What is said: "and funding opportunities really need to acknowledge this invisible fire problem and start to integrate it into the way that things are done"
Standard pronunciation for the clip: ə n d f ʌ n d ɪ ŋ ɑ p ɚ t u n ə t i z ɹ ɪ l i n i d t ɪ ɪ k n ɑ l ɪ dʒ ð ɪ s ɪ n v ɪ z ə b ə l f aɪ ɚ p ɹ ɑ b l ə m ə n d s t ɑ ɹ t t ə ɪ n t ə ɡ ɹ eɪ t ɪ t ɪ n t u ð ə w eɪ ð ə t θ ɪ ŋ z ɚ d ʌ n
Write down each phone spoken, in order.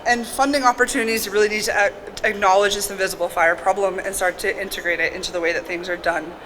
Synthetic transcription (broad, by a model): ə n f ʌ n d ɪ ŋ ɑ p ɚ t u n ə t i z ɹ ɪ l i n i d t ɪ ɪ k n ɑ l ɪ dʒ ð ɪ s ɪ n v ɪ z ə b l f aɪ ɚ p ɹ ɑ b l ə m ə n s t ɑ ɹ t t ɪ n t ə ɡ ɹ eɪ t ɪ t ɪ n t u ð ə w eɪ ð ə t θ ɪ ŋ z ɚ d ʌ n